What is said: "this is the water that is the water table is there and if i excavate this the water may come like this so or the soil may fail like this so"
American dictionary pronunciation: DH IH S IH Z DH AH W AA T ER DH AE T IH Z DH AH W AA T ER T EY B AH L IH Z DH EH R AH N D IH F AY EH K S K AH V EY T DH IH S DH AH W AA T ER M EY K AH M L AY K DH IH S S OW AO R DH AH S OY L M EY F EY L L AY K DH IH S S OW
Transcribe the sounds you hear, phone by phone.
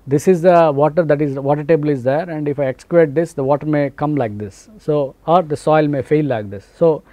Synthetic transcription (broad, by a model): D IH S IH Z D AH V AA T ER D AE T IH Z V AA T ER T EY B AH L IH Z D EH R AH N D IH F AY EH K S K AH EY T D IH S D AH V AA T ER M EY K AH M L AY K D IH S S OW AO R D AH S OY L M EY F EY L L AY K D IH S S OW